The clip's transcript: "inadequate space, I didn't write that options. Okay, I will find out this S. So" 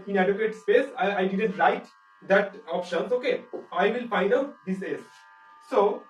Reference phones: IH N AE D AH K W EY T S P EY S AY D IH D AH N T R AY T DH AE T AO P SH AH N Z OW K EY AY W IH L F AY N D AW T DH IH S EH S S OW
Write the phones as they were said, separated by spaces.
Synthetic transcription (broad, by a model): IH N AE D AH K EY T S P EY S AY D IH D AH N T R AY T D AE T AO P SH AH N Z OW K EY AY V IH L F AY D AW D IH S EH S S OW